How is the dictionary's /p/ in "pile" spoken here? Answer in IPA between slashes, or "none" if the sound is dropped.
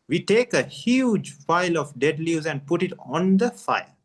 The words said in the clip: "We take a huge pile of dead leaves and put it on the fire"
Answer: /f/